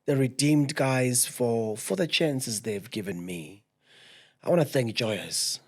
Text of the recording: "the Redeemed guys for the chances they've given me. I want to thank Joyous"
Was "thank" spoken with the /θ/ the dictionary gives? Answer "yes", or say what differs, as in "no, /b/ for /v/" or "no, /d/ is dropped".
yes